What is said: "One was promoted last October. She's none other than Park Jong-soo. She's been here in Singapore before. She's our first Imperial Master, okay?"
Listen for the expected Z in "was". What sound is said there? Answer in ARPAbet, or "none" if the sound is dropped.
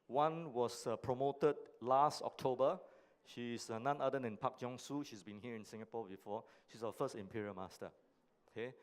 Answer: S